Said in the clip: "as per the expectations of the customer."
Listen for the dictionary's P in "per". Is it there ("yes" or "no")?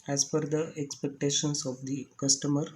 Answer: no